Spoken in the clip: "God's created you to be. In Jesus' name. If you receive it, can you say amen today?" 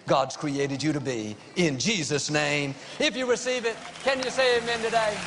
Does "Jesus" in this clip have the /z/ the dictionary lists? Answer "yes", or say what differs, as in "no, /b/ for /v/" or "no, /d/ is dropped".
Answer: yes